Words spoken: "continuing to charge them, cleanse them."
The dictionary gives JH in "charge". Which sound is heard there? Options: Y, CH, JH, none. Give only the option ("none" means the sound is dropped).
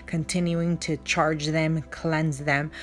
JH